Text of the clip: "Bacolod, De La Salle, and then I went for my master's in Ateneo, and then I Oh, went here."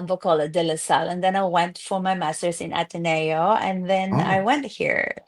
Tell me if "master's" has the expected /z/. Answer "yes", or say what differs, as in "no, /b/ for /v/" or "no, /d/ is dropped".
no, /s/ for /z/